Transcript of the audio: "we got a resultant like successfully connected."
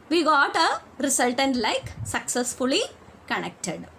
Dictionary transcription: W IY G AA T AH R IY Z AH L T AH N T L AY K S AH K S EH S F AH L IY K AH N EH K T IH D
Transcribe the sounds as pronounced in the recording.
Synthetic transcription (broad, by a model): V IY G AA T AH R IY S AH L T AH N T L AY K S AH K S EH S F AH L IY K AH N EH K T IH D